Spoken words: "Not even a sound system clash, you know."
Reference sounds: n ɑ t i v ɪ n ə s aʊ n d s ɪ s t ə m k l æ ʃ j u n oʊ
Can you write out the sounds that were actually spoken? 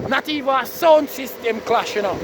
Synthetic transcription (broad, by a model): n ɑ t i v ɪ ə s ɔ n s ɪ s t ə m k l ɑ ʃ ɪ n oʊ